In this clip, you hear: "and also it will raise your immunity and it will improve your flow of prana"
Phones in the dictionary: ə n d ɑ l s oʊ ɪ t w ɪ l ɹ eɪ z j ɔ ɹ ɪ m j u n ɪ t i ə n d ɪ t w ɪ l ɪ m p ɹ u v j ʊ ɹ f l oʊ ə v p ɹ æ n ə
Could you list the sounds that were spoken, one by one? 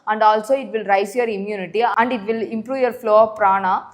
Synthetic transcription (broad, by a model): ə n d ɑ l s oʊ ɪ t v ɪ l ɹ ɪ s j ɔ ɹ ɪ m j u n ɪ t i ə n d ɪ t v ɪ l ɪ m p ɹ u v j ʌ ɹ f l oʊ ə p ɹ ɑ n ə